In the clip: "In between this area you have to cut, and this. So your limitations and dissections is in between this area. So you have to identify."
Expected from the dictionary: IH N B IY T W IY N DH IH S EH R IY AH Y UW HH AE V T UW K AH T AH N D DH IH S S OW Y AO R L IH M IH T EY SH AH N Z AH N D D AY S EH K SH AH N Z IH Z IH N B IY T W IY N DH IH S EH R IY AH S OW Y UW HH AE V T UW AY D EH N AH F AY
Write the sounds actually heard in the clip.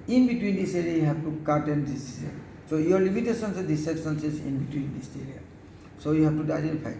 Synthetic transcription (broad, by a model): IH N B IY T W IY N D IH S EH R IY AH Y UW HH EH B T UW K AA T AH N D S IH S S OW Y AO R L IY M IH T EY S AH N S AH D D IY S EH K S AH N S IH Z IH N B IY T W IY N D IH S EH R IY AH S OW Y UW HH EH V T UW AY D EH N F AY